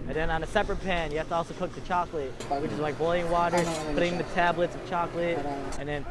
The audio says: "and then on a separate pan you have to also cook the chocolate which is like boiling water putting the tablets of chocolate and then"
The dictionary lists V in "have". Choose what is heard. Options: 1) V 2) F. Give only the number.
2